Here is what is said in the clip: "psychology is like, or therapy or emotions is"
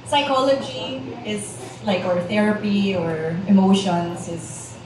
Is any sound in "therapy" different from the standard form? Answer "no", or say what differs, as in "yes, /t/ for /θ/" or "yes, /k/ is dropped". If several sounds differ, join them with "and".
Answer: no